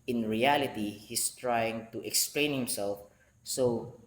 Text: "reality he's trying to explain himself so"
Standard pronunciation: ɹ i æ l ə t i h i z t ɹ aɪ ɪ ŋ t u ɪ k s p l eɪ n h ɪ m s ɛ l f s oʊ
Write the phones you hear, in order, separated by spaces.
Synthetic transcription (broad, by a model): ɹ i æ l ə t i h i s t ɹ aɪ ɪ ŋ t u ɪ k s p l eɪ n h ɪ m s ɛ l f s oʊ